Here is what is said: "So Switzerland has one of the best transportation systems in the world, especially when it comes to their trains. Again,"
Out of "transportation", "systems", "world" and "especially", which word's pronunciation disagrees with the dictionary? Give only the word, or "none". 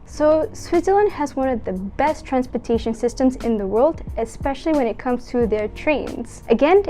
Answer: none